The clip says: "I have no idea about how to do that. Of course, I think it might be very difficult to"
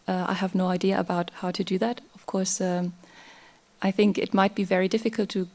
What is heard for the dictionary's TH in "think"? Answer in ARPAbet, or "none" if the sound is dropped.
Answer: TH